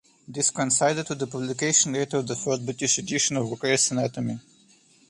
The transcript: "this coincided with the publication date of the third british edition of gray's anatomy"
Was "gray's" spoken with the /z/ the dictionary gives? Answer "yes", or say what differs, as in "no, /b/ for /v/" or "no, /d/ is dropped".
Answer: no, /s/ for /z/